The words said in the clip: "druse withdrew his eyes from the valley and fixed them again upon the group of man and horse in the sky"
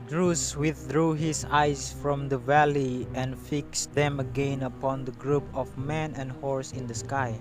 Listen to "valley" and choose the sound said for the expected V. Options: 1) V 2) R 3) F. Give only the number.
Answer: 1